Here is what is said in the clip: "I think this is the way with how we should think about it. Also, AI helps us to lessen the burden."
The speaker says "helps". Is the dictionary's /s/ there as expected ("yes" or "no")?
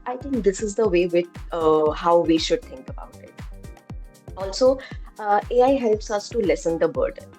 yes